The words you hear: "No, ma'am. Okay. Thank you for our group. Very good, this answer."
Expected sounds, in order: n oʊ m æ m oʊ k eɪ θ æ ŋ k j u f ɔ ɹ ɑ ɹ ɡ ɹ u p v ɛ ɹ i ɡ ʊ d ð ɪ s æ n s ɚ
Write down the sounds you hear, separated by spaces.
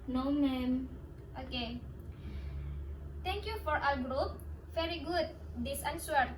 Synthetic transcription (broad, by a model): n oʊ m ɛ m oʊ k eɪ t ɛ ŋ k j u f ɔ ɹ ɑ l ɡ ɹ u p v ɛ ɹ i ɡ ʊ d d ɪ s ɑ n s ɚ